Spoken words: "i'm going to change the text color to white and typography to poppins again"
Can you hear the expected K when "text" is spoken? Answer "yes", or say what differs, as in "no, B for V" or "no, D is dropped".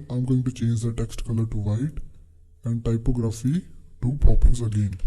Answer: yes